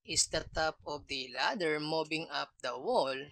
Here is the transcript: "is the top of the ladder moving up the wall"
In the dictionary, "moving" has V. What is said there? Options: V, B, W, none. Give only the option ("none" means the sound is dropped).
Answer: B